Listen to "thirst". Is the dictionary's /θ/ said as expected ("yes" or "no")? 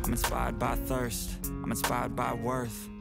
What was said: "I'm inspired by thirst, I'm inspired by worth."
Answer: yes